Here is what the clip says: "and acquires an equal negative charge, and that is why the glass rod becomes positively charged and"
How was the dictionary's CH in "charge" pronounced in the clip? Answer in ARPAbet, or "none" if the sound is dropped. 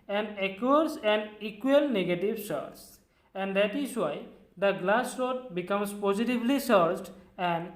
S